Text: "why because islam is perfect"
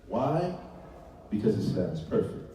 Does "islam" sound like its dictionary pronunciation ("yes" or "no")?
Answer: no